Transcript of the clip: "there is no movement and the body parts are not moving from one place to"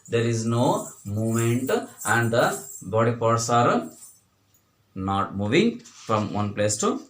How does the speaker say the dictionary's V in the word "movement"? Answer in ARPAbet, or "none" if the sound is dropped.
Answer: none